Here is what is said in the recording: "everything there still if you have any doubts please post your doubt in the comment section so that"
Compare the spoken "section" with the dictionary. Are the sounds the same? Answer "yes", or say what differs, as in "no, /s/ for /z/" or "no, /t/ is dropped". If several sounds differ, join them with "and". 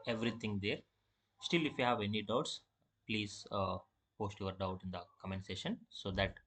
no, /k/ is dropped